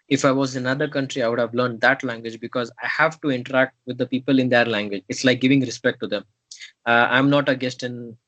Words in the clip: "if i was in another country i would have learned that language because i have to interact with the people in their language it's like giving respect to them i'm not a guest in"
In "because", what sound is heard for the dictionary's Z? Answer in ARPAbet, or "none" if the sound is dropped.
Z